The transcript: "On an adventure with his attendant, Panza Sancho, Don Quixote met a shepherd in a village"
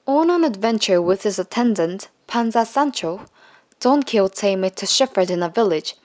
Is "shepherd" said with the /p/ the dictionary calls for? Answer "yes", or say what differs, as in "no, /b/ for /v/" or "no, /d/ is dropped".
no, /f/ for /p/